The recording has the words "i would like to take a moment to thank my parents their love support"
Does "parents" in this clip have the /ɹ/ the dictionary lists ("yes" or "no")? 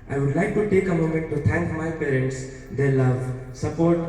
yes